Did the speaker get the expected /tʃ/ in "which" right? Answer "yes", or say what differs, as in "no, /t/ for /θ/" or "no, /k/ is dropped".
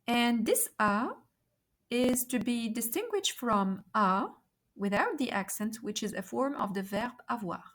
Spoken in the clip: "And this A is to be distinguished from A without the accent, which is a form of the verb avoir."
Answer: yes